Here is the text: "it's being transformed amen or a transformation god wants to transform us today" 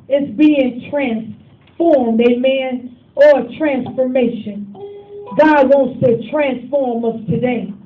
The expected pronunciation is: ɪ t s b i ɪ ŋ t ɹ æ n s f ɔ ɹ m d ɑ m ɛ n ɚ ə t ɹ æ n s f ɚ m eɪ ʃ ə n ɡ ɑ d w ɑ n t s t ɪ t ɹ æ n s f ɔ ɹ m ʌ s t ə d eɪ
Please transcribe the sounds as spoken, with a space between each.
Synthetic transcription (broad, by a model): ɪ t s b i ɪ ŋ t ɹ æ n s f ɔ ɹ m d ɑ m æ n ɚ ə t ɹ æ n s f ɚ m eɪ ʃ ə n ɡ ɑ d w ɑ n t s t ɪ t ɹ æ n s f ɔ ɹ m ʌ s t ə d eɪ